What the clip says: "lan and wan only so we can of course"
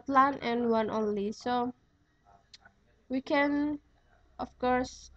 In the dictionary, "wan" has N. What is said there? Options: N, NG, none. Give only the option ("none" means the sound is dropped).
N